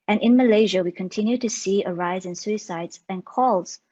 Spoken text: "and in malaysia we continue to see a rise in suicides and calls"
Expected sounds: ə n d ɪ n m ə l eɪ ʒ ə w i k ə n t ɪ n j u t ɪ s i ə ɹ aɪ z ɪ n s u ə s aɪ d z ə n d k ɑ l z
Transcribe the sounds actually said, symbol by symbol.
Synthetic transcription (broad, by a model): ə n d ɪ n m ə l eɪ ʒ ə w i k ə n t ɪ n j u t ɪ s i ə ɹ aɪ z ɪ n s u ə s aɪ d z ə n k ɑ l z